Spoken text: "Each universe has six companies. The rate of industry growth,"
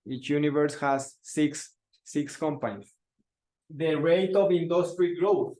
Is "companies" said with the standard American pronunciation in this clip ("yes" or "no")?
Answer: no